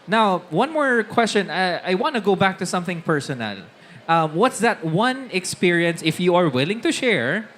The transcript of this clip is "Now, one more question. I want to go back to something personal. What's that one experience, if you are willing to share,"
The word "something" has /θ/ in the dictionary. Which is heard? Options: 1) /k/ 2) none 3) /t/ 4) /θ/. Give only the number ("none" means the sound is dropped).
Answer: 4